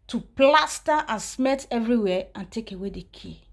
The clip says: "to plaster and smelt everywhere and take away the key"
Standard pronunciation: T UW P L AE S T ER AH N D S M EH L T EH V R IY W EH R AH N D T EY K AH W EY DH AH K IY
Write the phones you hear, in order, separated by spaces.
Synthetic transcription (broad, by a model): T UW P L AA S T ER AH N S M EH T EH V R IY W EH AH N T EY K AH W EY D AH K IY